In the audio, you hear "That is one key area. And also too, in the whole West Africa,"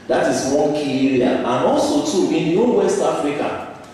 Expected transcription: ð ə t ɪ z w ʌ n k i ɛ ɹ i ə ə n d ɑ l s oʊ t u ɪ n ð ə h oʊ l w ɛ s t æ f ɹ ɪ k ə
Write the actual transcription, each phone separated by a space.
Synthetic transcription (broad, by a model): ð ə t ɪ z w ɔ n k i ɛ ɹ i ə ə n ɑ l s oʊ t u ɪ n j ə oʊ w ɛ s t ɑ f ɹ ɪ k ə